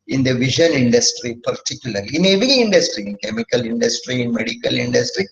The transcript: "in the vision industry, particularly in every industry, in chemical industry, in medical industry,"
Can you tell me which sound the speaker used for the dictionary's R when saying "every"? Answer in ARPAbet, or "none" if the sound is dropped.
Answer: none